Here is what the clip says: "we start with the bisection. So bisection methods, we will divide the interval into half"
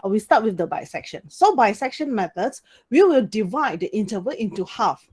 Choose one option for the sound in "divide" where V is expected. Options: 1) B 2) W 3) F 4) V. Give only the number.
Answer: 4